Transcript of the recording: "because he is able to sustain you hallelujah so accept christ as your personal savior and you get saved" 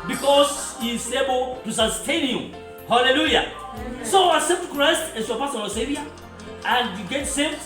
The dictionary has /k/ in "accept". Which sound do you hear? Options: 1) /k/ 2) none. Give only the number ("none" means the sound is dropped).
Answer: 2